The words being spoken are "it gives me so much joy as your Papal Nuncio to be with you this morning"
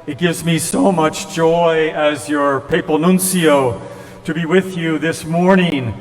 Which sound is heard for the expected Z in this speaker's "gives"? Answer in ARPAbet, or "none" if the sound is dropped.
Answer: Z